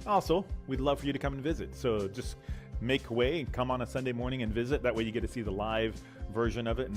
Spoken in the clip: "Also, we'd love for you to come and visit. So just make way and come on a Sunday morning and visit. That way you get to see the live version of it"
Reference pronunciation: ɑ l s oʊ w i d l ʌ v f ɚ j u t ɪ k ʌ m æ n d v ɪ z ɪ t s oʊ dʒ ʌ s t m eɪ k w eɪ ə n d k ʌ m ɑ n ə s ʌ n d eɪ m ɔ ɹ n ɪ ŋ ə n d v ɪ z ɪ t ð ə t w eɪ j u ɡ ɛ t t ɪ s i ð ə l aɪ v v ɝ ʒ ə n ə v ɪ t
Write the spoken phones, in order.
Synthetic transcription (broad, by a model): ɑ l s oʊ w i d l ʌ v f ɚ j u t ɪ k ʌ m n v ɪ z ɪ t s oʊ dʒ ʌ s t m eɪ k w eɪ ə k ʌ m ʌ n ə s ʌ n d eɪ m ɔ ɹ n ɪ ŋ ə n v ɪ z ɪ t ð ə t w eɪ j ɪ ɡ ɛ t t ɪ s i ð ə l aɪ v v ɝ ʒ ə n ə v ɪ t